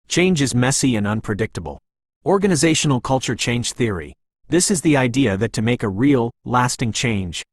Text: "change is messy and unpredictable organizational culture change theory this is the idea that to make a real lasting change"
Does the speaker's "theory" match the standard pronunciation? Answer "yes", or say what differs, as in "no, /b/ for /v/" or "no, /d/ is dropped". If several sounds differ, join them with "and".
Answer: yes